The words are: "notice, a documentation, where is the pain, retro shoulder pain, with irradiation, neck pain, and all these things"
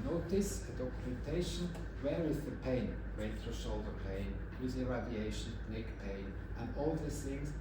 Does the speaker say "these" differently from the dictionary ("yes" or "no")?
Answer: yes